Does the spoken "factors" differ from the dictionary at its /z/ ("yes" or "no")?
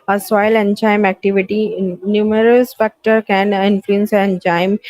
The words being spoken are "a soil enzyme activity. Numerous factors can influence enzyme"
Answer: yes